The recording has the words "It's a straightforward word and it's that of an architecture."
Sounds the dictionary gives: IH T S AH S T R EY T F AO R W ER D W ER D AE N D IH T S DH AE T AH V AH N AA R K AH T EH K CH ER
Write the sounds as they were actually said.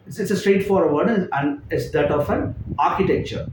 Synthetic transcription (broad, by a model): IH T S AH S T R EY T F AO R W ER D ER AE N D IH T S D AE T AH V AH N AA R K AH T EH K CH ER